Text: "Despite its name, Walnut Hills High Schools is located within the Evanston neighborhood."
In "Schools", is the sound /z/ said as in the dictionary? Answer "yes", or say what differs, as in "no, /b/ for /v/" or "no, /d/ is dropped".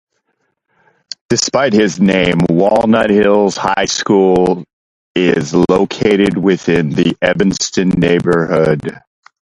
no, /z/ is dropped